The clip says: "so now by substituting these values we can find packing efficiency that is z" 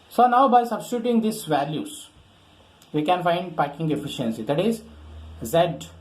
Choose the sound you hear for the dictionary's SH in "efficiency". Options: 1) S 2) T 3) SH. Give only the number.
3